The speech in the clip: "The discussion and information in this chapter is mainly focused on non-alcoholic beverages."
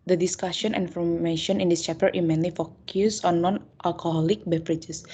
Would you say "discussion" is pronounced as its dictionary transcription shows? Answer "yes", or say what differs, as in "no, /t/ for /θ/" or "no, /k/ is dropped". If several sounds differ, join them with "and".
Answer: no, /n/ is dropped